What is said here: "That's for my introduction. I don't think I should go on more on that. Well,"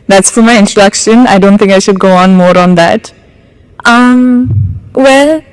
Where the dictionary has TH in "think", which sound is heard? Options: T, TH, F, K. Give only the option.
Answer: TH